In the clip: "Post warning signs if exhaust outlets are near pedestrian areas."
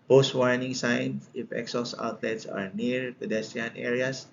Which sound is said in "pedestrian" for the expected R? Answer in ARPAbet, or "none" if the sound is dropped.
none